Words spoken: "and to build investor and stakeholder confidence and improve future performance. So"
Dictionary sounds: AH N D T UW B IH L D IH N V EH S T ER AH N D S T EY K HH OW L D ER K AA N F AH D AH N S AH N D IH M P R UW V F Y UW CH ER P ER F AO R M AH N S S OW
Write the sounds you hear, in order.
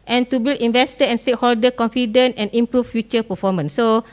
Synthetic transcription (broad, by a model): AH N T UW B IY L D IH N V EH S T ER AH N S T EY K HH OW L D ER K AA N F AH D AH N AH N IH M P R UW F F Y UW CH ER P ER F AO M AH N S S OW